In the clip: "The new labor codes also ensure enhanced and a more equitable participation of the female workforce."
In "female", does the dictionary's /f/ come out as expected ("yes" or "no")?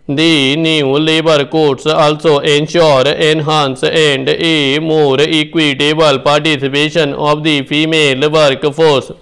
no